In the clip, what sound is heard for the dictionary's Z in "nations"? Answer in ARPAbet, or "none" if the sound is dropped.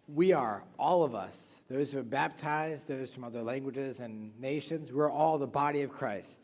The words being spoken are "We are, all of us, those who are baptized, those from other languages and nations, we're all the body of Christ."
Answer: Z